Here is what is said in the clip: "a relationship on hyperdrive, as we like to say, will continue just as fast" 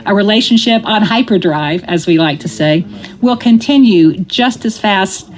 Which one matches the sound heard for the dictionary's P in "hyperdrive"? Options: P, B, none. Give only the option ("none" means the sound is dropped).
P